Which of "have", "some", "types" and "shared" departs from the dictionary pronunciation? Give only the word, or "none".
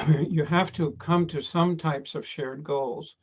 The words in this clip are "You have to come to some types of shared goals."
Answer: have